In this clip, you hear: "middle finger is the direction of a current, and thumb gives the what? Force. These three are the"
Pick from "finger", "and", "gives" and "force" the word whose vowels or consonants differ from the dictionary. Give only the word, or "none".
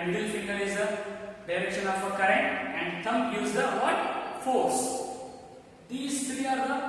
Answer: gives